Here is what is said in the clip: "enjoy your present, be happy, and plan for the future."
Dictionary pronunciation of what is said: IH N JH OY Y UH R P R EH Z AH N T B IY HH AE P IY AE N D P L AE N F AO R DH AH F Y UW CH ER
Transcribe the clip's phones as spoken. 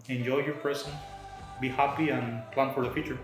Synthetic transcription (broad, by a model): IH N JH OY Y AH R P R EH S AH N B IY HH AE P IY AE N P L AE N F AO R DH AH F Y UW CH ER